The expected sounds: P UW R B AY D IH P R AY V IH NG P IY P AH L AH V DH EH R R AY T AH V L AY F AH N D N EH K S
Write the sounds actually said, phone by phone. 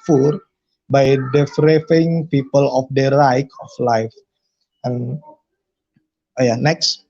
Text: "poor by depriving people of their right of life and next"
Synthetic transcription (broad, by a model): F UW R B AY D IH F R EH F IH NG P IY P AH L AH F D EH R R AY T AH F L AY F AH N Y N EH K S